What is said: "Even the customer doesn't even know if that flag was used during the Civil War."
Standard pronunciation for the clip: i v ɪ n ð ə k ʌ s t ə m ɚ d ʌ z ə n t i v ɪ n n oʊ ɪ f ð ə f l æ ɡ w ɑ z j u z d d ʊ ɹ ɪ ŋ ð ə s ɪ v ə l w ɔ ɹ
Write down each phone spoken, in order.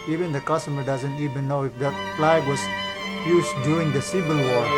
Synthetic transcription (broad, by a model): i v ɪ n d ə k ʌ s t ə m ɚ d ʌ z ə n t i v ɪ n n oʊ ɪ f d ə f l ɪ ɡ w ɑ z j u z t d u ɪ ŋ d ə s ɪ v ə l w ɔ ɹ